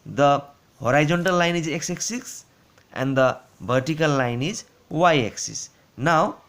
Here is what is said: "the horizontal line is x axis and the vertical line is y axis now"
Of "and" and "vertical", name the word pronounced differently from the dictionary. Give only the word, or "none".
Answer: vertical